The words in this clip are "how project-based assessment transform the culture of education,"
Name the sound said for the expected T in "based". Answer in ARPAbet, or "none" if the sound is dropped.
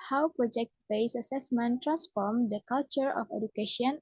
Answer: none